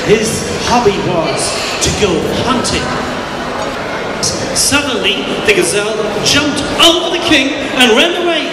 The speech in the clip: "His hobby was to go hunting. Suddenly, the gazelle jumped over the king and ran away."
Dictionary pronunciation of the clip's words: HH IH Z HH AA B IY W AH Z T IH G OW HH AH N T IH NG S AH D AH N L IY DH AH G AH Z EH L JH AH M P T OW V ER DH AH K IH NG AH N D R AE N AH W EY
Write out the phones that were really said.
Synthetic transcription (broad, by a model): HH IH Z HH AA B IY W AH Z T IH G OW HH AH N T IH NG S AH D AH N L IY DH AH G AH Z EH L JH AH M P T OW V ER DH AH K IH NG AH N R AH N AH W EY